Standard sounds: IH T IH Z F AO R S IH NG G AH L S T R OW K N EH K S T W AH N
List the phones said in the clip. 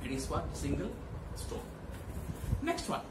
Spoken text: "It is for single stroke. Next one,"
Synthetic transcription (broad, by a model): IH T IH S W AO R S IH NG G AH L S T OW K N EH K S T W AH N